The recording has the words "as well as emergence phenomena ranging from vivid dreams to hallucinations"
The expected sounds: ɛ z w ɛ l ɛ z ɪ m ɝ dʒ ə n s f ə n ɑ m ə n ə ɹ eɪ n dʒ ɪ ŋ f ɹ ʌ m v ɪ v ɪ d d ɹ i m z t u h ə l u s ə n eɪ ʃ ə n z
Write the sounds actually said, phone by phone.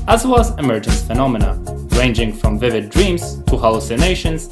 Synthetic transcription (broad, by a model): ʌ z w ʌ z ɪ m ɝ dʒ ə n s f ə n ɑ m ə n ə ɹ eɪ n dʒ ɪ ŋ f ɹ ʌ m v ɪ v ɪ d d ɹ i m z t u h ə l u s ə n eɪ ʃ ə n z